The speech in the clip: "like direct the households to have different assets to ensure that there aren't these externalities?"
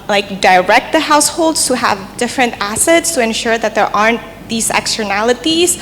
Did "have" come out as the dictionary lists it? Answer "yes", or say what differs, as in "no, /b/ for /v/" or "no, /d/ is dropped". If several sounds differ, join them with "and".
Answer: yes